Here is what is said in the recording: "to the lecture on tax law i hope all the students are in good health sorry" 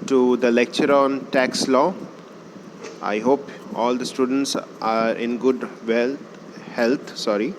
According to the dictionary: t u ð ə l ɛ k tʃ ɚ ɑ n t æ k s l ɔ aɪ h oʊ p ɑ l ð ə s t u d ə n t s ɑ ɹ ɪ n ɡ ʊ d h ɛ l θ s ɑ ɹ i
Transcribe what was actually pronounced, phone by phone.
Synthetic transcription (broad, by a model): t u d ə l ɛ k tʃ ɚ ɑ n t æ k s l ɔ aɪ h oʊ p ɑ l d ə s t u d ə n t s ɑ ɹ ɪ n ɡ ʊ d h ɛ l t s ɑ ɹ i